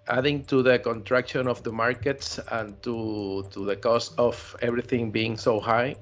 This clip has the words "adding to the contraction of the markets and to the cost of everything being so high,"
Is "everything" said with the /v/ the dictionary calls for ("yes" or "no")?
no